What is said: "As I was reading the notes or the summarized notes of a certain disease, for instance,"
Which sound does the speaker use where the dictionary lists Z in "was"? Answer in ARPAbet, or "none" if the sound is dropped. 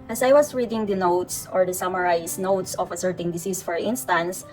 S